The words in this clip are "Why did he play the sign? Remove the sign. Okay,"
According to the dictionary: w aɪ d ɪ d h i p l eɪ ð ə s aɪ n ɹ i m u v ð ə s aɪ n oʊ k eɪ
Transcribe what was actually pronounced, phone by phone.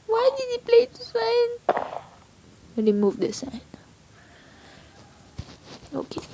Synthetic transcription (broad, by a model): w aɪ d ɪ d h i p l eɪ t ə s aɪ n l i m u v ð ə s aɪ n oʊ k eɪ